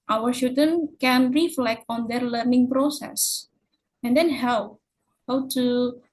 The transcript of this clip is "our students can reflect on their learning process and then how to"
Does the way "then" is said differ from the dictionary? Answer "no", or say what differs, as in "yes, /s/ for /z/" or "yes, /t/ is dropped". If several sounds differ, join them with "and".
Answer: yes, /l/ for /n/